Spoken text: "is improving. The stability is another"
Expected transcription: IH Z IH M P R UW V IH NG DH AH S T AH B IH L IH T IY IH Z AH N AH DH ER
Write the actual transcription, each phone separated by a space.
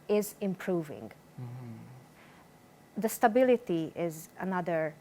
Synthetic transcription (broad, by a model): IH Z IH M P R UW V IH NG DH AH S T AH B IH L IH T IY IH Z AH N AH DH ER